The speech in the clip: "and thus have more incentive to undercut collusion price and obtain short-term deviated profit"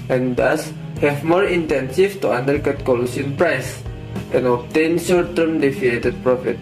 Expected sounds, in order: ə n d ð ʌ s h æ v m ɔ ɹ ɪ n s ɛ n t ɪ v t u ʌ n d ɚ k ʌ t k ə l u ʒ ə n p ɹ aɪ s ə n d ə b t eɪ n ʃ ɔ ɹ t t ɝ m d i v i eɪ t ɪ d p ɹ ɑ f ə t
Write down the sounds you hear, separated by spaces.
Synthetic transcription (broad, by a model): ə n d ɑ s h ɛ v m ɔ ɹ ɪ n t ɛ n s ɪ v t u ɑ n d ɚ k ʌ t k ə l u s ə n p ɹ aɪ s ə n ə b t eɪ n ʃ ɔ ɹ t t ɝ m d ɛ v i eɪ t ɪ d p ɹ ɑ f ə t